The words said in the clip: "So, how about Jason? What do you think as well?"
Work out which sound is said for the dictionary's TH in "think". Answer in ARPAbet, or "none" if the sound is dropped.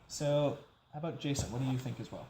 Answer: TH